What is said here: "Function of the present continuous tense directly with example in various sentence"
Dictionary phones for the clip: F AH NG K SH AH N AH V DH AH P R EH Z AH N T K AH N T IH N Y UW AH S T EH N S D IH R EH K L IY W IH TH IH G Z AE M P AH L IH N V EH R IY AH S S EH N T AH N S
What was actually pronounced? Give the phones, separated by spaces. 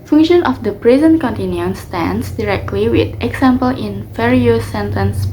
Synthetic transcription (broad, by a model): F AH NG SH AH N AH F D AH P R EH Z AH N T K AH N T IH N Y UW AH S T EH N S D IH R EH K L IY W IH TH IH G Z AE M P AH L IH N F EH R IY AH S S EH N T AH N S